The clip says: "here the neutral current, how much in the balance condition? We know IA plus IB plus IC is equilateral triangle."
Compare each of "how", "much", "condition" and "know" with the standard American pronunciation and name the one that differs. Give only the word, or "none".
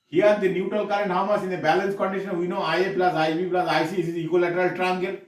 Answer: much